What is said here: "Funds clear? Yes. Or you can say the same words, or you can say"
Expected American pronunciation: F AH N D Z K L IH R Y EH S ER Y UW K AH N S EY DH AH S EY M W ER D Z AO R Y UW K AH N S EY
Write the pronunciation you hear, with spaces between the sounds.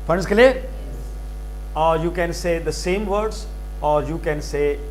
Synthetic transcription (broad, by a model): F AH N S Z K IH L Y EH ER Y UW K AH N S EY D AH S EY M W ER D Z AO R Y UW K AH N S EY